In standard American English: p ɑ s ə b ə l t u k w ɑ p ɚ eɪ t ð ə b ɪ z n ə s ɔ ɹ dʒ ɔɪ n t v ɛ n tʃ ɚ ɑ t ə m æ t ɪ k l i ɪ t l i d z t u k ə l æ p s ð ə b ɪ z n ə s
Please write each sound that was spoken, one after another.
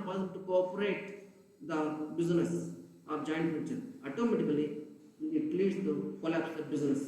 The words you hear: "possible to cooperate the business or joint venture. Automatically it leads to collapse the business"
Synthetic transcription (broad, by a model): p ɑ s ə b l t u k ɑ p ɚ eɪ t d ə b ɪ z n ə s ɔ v dʒ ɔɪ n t f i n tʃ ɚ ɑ t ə m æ t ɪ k l i ɪ t l i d s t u k ə l æ p s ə b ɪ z n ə s